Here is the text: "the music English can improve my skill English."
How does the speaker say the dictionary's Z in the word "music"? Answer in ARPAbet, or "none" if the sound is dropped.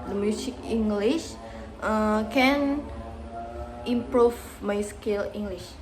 S